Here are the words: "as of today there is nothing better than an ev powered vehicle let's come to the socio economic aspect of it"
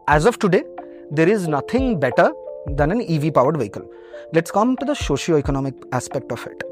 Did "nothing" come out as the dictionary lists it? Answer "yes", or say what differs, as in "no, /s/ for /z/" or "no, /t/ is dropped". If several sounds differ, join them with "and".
no, /t/ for /θ/